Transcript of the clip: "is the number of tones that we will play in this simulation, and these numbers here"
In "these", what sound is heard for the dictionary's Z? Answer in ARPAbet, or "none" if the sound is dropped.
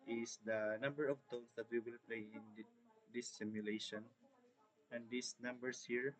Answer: S